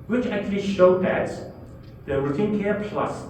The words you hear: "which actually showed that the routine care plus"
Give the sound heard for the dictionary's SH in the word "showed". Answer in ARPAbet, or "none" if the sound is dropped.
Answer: SH